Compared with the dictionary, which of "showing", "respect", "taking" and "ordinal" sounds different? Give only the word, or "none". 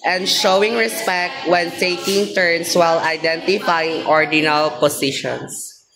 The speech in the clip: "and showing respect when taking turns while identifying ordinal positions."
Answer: taking